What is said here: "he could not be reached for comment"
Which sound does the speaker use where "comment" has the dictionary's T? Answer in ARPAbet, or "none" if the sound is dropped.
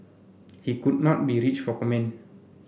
none